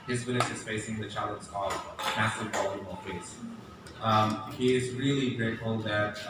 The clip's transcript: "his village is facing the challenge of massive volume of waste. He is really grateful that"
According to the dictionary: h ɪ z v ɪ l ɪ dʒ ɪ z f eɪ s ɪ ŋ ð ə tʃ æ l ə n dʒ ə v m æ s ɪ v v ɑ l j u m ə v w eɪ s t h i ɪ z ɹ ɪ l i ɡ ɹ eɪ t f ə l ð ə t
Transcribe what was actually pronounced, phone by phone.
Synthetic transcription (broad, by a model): h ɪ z w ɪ n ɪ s ɪ z f eɪ s ɪ ŋ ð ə tʃ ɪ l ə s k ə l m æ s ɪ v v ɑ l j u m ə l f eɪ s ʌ h i ɪ z ɹ ɪ l i ɡ ɹ eɪ t f ə l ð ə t